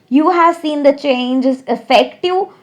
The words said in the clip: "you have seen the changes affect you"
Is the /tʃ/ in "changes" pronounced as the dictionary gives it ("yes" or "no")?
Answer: yes